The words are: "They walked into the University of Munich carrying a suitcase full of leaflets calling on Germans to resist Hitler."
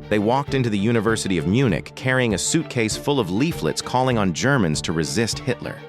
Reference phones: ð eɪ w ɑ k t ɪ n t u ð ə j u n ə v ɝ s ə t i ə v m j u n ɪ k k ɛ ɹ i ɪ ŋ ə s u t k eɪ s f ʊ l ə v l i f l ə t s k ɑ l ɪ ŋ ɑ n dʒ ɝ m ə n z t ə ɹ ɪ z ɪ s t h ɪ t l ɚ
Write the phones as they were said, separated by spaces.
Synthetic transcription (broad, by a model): ð eɪ w ɑ k t ɪ n t u ð ə j u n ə v ɝ s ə t i ə v m j u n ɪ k k ɛ ɹ i ɪ ŋ ə s u t k eɪ s f ʊ l ə v l i f l ə t s k ɑ l ɪ ŋ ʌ n dʒ ɝ m ə n z t ə ɹ ɪ z ɪ s t h ɪ t l ɚ